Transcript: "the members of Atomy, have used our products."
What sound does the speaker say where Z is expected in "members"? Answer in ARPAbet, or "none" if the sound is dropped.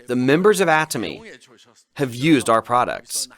Z